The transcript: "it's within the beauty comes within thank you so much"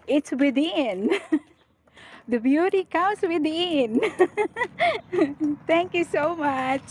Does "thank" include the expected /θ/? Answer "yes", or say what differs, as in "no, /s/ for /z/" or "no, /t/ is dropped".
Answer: no, /t/ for /θ/